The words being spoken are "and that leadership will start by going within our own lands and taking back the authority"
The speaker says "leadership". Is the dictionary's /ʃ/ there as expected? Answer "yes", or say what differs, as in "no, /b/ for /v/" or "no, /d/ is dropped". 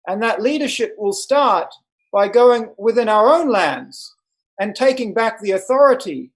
yes